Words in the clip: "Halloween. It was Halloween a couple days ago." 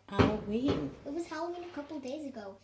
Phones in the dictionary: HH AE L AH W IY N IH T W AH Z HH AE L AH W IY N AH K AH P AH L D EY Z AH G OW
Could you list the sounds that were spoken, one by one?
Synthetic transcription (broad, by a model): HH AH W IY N IH T W AH Z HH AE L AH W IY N AH K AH P L D EY Z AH G OW